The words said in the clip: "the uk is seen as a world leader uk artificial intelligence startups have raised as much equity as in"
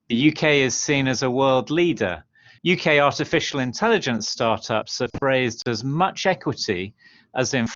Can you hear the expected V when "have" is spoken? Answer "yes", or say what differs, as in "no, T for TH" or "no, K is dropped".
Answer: no, F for V